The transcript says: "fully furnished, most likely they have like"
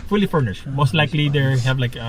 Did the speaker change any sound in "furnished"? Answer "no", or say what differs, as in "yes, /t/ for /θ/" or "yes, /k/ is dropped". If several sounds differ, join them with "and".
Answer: no